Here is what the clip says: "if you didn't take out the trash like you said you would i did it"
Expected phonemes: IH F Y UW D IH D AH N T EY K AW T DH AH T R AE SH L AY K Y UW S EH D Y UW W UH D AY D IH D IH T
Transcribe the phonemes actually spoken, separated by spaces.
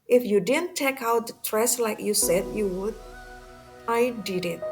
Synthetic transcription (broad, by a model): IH F Y UW D IH D AH N T EY K AW T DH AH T R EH S L AY K Y UW S EH D Y UW W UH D AY D IH D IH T